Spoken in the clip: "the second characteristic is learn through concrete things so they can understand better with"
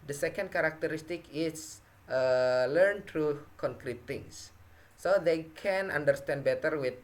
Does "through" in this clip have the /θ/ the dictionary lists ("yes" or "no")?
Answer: no